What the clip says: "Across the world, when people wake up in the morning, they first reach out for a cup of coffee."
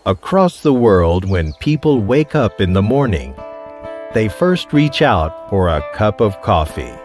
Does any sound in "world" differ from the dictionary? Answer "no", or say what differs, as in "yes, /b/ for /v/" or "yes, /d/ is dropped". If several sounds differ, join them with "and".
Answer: no